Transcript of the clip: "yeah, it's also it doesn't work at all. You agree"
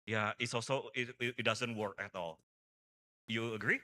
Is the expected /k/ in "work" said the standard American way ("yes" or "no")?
yes